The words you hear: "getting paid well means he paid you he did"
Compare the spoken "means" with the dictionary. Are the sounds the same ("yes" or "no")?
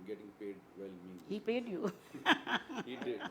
no